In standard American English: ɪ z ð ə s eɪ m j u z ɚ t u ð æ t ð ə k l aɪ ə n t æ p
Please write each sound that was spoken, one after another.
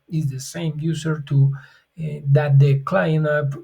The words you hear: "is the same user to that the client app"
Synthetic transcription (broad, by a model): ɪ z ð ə s eɪ m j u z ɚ t u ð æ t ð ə k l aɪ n ʌ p